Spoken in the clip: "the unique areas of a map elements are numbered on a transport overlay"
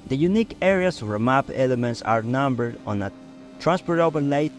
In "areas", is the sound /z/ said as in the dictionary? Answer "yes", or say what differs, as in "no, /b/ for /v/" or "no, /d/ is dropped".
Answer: no, /s/ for /z/